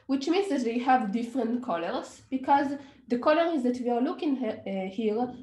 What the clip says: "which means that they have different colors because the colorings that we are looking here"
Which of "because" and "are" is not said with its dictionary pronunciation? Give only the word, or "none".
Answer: none